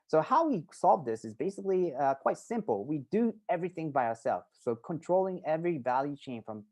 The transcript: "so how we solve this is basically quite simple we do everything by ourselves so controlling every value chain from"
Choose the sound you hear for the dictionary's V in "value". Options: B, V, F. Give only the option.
V